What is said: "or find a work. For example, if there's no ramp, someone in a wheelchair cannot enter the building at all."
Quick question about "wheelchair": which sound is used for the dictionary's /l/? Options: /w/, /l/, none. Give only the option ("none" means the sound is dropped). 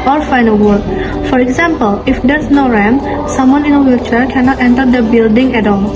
none